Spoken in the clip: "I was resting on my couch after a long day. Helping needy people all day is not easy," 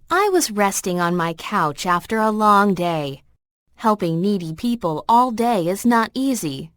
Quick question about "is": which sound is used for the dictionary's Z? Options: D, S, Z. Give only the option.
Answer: Z